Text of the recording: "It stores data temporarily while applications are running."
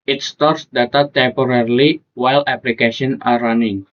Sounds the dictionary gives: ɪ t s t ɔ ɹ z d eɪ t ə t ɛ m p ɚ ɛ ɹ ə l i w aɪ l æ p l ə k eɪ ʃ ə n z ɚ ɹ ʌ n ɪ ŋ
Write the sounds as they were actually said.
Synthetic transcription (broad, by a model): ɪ t s t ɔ ɹ s d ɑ t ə t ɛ m p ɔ ɹ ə l i w aɪ l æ p l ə k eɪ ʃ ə n ɑ ɹ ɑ n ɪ ŋ